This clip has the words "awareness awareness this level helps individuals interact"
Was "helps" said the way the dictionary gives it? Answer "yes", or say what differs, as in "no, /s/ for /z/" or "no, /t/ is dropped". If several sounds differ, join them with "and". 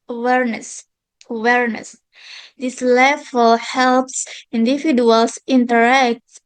yes